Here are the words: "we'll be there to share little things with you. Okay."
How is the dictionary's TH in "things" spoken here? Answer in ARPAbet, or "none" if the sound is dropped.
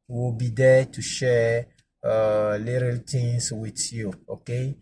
T